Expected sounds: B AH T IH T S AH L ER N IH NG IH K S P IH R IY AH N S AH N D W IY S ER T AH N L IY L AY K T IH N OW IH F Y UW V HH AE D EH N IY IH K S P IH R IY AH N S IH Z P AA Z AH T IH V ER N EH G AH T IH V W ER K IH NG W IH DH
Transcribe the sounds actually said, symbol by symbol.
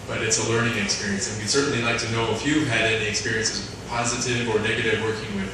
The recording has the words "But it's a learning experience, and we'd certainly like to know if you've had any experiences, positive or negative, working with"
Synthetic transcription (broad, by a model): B AH T IH T S AH L ER N IH NG IH K S P IH R IY AH N S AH N W IY S ER T N L IY L AY K T IH N OW IH F Y UW V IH D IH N IY IH K S P IH R IY AH N S IH Z P AA Z AH T IH V ER N EH G AH T IH V W ER K IH NG W IH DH